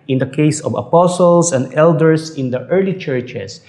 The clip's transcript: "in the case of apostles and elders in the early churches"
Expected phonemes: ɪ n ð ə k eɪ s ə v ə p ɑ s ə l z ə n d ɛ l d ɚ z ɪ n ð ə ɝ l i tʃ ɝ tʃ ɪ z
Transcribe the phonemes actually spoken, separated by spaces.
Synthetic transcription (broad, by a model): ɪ n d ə k eɪ s ə v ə p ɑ s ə l s ə n d ɛ l d ɚ s ɪ n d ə ɝ l i tʃ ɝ tʃ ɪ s